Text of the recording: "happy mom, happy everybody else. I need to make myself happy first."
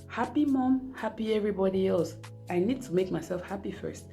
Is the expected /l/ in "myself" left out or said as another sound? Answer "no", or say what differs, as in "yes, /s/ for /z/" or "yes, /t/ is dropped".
no